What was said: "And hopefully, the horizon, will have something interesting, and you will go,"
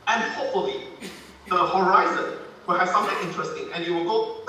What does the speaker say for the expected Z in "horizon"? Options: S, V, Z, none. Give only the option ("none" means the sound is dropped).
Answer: Z